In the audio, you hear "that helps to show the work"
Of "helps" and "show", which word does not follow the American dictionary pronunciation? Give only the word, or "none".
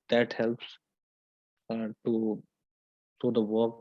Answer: show